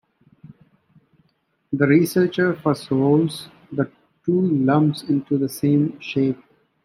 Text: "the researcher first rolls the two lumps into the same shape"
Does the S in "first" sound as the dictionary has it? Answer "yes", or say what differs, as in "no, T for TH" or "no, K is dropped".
no, S is dropped